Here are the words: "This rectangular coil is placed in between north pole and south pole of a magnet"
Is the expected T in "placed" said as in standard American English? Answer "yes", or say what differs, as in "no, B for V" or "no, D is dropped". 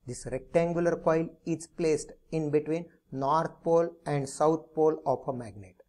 yes